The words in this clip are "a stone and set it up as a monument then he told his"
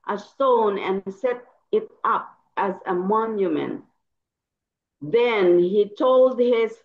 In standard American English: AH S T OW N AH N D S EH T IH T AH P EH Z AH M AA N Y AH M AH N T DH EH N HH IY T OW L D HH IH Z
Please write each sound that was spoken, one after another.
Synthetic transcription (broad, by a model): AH S T OW N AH N S EH T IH T AH P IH Z AH M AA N Y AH M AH N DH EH N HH IY T OW L D HH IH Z